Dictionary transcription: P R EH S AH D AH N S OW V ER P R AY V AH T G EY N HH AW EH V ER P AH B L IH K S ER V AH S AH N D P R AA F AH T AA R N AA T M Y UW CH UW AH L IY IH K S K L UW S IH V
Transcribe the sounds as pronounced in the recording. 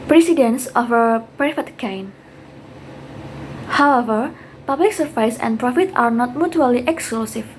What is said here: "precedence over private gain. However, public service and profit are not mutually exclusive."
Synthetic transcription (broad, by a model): P R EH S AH D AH N S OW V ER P R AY F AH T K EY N HH AW EH V ER P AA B L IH K S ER F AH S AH N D P R AA F AH T AA R N AA T M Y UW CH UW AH L IY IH K S K L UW S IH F